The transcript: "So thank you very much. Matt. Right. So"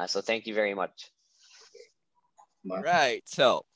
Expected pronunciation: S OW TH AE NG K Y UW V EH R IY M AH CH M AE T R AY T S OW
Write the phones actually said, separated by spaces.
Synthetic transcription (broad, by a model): S OW TH AE NG K Y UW V EH R IY M AH CH R AY T S OW